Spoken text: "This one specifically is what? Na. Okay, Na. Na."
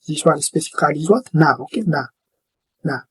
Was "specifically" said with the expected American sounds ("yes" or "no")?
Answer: no